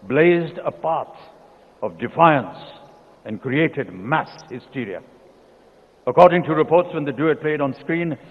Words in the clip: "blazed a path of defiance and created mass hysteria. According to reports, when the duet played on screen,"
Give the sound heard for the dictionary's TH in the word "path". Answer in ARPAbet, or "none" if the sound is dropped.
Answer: S